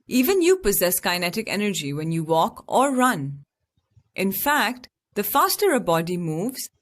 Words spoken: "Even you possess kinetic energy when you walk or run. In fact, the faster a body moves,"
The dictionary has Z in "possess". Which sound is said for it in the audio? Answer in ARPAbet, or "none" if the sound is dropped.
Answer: Z